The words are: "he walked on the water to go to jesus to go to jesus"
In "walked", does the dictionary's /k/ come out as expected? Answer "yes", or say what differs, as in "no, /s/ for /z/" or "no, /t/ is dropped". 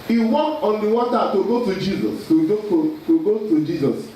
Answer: no, /k/ is dropped